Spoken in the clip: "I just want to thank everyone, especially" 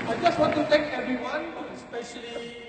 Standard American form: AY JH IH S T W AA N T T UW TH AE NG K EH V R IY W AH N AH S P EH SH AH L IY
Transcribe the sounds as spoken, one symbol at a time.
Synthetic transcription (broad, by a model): AY JH IH S T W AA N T T UW T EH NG K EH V R IY W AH N S P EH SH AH L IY